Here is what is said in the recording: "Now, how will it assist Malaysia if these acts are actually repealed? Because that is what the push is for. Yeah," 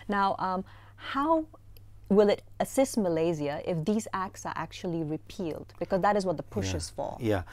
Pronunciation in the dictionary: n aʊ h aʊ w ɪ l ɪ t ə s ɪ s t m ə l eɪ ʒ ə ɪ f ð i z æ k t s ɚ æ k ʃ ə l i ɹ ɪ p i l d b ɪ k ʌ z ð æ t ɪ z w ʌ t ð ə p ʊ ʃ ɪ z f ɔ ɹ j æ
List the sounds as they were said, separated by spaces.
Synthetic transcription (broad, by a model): n aʊ h aʊ w ɪ l ɪ t ə s ɪ s t m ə l eɪ z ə ɪ f ð i z æ k t s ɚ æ k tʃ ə l i ɹ ɪ p i l d b ɪ k ʌ z ð æ t ɪ z w ʌ t ð ə p ʊ ʃ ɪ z f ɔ l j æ